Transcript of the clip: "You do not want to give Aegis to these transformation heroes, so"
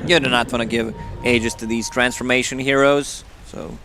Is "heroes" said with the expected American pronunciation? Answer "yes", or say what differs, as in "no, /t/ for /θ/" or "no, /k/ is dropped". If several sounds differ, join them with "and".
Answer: yes